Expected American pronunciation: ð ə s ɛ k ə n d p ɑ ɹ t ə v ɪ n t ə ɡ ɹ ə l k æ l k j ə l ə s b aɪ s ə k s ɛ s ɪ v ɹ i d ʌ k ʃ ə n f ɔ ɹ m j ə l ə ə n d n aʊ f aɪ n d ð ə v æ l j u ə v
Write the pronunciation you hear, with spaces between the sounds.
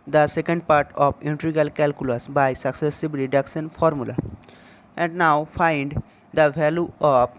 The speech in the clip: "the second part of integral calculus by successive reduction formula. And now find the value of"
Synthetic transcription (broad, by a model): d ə s ɛ k ə n d p ɑ ɹ t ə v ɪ n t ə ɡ ə l k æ l k j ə l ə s b aɪ s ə k s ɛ s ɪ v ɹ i d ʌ k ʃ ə n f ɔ ɹ m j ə l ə ə n d n aʊ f aɪ n d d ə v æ l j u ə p